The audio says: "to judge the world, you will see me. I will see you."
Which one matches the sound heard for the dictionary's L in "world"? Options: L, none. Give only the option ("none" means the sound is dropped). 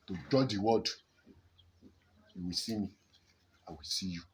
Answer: none